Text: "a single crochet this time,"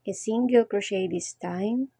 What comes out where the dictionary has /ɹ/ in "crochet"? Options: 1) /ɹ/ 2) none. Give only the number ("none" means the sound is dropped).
1